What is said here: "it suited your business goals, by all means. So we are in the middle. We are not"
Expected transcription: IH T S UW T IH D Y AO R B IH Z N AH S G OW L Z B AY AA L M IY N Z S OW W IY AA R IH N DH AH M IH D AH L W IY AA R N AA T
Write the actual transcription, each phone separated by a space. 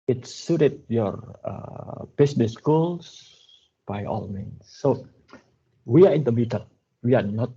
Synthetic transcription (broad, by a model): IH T S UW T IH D Y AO R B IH S N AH S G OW L S B AY AA L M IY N S OW W IY AA R IH N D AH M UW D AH N W IY AA R N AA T